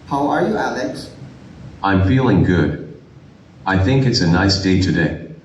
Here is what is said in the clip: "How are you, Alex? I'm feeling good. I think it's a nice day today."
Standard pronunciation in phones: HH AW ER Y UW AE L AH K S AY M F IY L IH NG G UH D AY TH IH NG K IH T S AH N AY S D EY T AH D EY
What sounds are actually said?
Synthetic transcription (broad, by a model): HH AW ER Y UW AE L AH K S AY M F IY L IH NG G UH D AY TH IH NG K IH T S AH N AY S D EY T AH D EY